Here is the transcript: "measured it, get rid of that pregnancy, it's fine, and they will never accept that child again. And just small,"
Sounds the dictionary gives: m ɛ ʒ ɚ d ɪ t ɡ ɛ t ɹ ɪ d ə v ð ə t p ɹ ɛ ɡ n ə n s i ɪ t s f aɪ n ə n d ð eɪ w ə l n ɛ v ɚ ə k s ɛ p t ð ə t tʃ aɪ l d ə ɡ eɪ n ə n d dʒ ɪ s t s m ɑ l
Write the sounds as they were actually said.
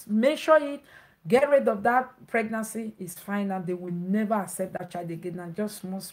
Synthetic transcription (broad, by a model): m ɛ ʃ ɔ ɪ t ɡ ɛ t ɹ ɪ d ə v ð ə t p ɹ ɛ ɡ n ə n s i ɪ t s f aɪ n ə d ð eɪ w ə l n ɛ v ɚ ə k s ɛ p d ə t tʃ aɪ d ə ɡ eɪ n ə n dʒ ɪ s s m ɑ